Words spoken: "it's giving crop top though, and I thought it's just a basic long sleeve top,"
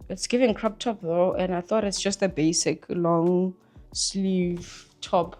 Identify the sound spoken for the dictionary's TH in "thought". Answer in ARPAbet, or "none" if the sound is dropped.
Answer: TH